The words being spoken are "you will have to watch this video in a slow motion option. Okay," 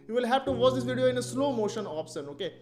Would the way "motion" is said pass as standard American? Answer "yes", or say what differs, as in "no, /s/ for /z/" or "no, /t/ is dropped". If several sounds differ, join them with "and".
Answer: yes